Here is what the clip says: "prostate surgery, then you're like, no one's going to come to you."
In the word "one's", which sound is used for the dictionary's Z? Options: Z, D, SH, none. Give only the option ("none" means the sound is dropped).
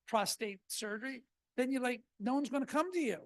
Z